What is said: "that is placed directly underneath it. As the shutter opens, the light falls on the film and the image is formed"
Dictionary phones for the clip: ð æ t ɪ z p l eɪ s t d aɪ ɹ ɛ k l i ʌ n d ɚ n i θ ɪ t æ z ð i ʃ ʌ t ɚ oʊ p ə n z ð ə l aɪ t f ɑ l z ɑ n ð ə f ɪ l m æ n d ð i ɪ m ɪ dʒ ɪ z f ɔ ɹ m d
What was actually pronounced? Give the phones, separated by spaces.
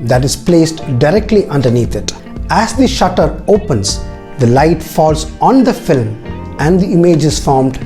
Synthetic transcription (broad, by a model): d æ t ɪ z p l eɪ s t d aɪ ɹ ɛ k l i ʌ n d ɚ n i t ɪ t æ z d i ʃ ʌ t ɚ oʊ p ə n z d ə l aɪ t f ɑ l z ɑ n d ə f ɪ l m æ n d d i ɪ m ɪ dʒ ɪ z f ɔ ɹ m d